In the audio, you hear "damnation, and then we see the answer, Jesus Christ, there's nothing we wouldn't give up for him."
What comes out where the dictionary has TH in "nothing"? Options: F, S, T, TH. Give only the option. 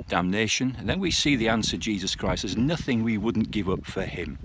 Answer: TH